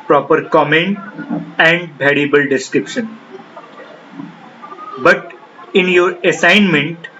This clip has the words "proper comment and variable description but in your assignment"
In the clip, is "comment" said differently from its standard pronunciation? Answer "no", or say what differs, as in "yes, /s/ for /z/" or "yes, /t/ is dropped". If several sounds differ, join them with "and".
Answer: no